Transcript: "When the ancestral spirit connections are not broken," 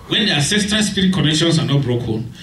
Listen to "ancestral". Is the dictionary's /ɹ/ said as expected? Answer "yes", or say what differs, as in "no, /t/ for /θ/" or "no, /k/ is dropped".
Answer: no, /ɹ/ is dropped